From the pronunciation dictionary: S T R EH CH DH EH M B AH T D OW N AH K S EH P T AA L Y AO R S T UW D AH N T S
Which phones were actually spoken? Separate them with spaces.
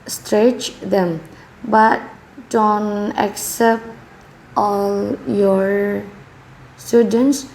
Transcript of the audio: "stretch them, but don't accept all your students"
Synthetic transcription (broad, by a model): S T R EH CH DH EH M B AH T D OW N AH K S EH P T AA L Y AO R S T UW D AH N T S